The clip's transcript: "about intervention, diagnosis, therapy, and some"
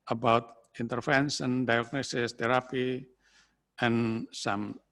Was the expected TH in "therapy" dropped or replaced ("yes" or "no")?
yes